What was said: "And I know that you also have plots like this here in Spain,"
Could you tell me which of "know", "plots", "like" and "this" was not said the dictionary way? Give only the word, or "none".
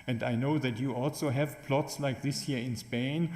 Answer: none